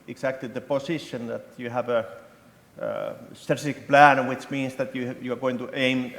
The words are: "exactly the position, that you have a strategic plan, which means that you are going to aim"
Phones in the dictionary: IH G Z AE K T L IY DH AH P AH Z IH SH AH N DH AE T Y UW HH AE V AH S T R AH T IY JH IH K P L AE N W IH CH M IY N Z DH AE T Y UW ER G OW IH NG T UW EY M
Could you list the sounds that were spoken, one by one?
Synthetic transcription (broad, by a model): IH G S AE K T L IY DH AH P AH S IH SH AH N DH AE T Y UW HH AE V AH S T AH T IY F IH K P L AE N W IH CH M IY N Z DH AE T Y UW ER G OW IH NG T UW EY M